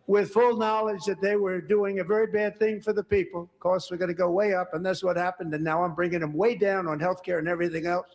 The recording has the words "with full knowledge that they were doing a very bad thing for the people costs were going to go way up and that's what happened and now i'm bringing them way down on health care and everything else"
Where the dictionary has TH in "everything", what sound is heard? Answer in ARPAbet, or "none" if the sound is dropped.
TH